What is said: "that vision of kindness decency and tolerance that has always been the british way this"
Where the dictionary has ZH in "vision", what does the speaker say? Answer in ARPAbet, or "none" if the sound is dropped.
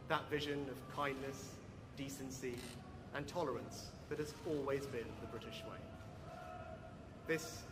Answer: ZH